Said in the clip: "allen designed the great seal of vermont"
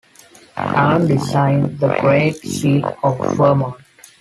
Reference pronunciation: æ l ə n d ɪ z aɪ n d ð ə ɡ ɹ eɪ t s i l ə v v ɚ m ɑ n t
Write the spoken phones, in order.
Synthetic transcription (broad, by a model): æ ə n d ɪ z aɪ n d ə ɡ ɹ eɪ t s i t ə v f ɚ m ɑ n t